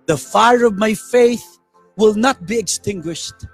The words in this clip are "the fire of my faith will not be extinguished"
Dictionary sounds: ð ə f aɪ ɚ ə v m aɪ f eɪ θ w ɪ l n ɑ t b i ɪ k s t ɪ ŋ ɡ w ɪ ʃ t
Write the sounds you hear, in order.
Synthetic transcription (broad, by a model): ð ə f aɪ ɚ ə v m aɪ f eɪ θ w ɪ l n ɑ t b i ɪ k s t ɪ ŋ ɡ w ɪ ʃ t